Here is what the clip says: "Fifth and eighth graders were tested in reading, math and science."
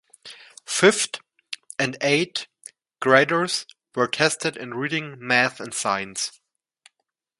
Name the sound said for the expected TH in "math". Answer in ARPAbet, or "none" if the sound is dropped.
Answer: TH